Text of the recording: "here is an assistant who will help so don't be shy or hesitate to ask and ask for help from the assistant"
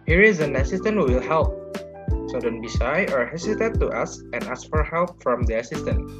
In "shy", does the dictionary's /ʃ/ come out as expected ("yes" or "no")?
no